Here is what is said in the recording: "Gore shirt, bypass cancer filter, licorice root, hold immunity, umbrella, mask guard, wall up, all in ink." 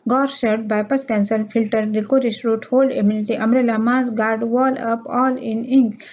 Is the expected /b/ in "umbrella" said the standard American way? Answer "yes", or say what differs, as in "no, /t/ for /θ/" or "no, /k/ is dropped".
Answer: no, /b/ is dropped